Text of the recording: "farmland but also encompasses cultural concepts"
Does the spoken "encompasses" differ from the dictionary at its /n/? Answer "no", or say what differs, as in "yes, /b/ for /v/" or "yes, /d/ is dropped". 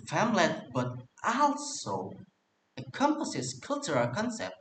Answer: yes, /n/ is dropped